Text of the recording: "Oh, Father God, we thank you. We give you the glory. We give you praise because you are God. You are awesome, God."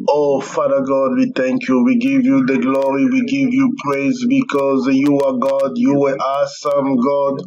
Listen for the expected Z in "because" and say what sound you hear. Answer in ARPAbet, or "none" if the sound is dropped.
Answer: Z